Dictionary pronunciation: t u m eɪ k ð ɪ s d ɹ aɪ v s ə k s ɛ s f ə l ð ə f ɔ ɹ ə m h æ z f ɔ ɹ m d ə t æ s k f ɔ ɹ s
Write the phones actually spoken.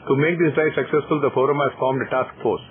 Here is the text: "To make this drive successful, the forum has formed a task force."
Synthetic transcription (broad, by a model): t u m eɪ k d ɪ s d aɪ s ə k s ɛ s f ə l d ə f ɔ ɹ ə m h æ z f ɔ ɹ m d ə t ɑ s k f ɔ ɹ s